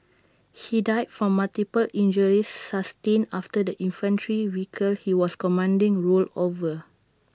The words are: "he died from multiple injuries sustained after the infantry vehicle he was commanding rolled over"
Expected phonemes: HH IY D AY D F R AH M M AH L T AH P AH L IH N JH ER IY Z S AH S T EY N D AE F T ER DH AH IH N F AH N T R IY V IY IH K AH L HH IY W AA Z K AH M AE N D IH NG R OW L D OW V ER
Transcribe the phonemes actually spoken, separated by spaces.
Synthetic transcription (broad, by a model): HH IY D AY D F R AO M M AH L T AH P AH L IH N JH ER IY S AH S T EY N AA F T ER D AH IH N F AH N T R IY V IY K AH L HH IY W AA S K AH M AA N D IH NG R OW L OW V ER